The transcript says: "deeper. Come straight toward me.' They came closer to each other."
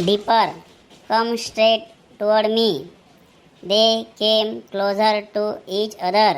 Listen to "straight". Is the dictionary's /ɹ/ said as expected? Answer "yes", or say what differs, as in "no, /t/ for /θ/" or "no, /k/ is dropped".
yes